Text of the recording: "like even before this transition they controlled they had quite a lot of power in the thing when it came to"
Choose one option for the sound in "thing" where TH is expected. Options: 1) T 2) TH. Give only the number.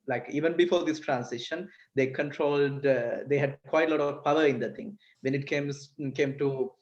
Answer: 1